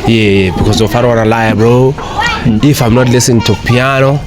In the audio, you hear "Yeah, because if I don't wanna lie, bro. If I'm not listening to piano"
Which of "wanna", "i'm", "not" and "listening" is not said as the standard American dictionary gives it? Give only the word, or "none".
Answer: listening